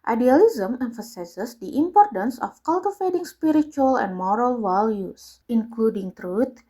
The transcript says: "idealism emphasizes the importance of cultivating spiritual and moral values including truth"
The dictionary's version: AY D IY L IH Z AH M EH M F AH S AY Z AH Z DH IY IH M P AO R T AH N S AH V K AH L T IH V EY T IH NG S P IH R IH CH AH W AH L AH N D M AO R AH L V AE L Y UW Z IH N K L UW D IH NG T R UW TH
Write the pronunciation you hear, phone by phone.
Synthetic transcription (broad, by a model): AY D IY L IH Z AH M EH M F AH S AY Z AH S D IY IH M P AO R T AH N S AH F K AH L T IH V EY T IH NG S P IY R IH CH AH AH L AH N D M AO R AH L W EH L Y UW S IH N K L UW D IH NG T R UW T